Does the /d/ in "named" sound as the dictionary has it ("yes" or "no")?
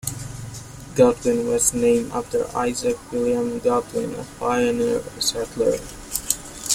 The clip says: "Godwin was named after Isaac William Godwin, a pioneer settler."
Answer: no